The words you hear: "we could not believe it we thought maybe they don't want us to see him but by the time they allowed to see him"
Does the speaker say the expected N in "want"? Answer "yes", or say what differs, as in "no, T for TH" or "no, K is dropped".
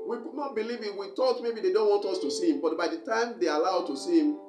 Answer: yes